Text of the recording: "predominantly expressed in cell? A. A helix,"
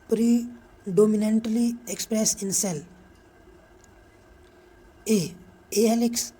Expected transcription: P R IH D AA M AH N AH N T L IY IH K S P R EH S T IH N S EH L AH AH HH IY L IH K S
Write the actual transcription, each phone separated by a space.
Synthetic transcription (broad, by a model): P R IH D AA M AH N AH N T L IY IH K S P R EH S IH N S EH L AH AH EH L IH K S